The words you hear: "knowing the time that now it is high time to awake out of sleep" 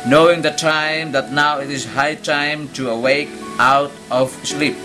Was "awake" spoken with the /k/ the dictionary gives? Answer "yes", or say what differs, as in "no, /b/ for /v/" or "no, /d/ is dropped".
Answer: yes